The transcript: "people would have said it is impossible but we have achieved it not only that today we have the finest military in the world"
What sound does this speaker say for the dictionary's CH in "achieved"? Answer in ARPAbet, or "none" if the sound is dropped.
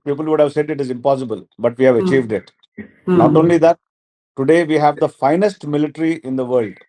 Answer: CH